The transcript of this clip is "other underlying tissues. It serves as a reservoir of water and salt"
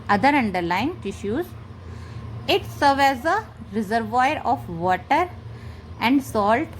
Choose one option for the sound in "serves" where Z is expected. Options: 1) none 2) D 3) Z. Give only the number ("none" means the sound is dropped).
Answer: 1